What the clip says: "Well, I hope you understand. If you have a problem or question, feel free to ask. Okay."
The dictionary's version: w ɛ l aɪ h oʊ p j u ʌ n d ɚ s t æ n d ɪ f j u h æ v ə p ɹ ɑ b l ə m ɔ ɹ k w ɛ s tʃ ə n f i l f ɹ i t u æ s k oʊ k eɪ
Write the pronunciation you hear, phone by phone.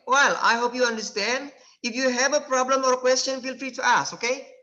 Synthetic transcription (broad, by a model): w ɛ l aɪ h oʊ p j u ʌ n d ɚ s t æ n d ɪ f j u h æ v ə p ɹ ɑ b l ə m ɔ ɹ k w ɛ s tʃ ə n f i l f ɹ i t u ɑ s oʊ k eɪ